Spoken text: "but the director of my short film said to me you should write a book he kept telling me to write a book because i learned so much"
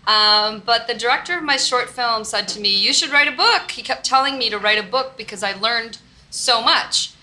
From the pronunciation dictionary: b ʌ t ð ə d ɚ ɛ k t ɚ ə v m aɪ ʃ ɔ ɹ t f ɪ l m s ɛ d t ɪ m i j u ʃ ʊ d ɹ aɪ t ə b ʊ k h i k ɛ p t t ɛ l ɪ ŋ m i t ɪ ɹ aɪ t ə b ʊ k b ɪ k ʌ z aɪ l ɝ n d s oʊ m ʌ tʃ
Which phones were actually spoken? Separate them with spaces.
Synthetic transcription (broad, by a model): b ʌ t ð ə d ɚ ɛ k t ɚ ə v m aɪ ʃ ɔ ɹ t f ɪ l m s ɛ d t ɪ m i j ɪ ʃ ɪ d ɹ aɪ t ə b ʊ k h i k ɛ p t t ɛ l ɪ ŋ m i t ɪ ɹ aɪ t ə b ʊ k b ɪ k ʌ z aɪ l ɝ n d s oʊ m ʌ tʃ